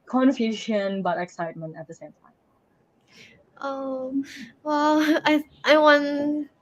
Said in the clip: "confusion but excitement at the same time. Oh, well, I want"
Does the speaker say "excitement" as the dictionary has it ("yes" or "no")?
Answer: yes